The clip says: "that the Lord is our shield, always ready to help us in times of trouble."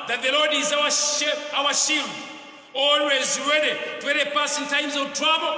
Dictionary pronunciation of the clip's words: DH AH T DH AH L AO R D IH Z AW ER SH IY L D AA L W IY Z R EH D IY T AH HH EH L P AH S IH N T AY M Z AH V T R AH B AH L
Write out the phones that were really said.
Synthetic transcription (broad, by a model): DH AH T DH AH L AO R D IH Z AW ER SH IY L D AA L W IY Z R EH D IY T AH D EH P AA S IH N T AY M Z AH V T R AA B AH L